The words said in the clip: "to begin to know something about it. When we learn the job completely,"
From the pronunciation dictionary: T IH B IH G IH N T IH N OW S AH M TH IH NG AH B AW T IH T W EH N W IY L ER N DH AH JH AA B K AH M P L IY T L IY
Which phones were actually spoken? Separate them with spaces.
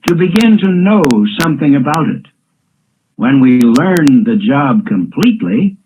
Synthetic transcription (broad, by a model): T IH B IH G IH N T IH N OW S AH M TH IH NG AH B AW T IH T W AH N W IY L ER N DH AH JH AA B K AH M P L IY T L IY